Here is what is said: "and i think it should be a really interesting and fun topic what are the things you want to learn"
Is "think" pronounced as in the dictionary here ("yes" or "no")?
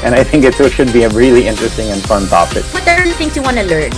yes